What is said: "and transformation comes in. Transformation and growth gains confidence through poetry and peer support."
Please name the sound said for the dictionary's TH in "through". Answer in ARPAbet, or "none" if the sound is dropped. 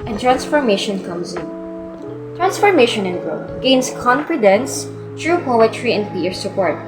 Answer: T